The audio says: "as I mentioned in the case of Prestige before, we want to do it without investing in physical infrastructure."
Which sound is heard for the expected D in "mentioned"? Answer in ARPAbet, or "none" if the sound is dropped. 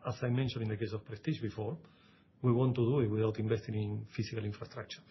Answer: none